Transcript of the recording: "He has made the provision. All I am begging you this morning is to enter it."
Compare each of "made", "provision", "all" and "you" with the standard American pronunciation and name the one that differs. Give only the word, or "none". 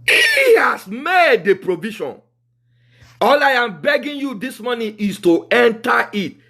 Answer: provision